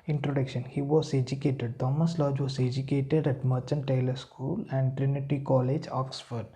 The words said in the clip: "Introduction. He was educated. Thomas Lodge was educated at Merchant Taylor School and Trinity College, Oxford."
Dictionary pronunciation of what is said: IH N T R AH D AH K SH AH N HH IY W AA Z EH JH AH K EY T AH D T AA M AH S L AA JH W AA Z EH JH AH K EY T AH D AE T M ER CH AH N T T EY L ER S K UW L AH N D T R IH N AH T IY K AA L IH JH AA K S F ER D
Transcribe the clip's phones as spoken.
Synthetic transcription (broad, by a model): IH N T R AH D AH K SH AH N HH IY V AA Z EH JH AH K EY T AH D T AA M AH S L AA JH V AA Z EH JH AH K EY T AH D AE T M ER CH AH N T T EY L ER S K UW L AH N D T R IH N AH T IY K AA L IH JH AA K S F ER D